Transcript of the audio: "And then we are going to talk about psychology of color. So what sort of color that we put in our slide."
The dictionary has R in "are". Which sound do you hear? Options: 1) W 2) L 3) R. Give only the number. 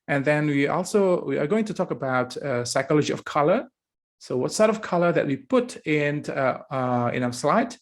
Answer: 1